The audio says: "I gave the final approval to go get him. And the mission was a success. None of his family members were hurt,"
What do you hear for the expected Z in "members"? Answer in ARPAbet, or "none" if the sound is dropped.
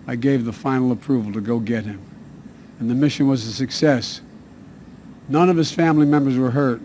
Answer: Z